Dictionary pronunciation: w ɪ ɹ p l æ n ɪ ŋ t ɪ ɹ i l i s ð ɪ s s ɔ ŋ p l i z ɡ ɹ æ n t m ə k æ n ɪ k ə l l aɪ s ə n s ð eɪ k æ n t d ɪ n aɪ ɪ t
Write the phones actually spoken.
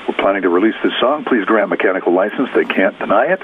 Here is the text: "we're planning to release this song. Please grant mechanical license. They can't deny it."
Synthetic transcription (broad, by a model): w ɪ ɹ p l æ n ɪ ŋ t ɪ ɹ i l i s ð ɪ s s ɔ ŋ p l i z ɡ ɹ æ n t m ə k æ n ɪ k l l aɪ s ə n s ð eɪ k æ n d ɪ n aɪ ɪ t